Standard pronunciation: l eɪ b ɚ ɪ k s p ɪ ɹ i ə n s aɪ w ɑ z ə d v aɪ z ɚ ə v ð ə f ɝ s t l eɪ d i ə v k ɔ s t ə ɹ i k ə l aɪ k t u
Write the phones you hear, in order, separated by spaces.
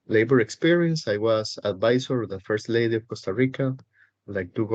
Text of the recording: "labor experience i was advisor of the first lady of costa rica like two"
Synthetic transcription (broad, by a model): l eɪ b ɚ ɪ k s p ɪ ɹ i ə n s aɪ w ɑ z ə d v aɪ s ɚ ə v ð ə f ɝ s t l eɪ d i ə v k ɔ s t ə ɹ i k ə l aɪ k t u